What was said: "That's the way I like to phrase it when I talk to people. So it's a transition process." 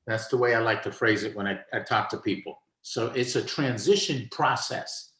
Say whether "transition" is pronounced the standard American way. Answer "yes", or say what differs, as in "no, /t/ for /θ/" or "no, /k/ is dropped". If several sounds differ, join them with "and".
yes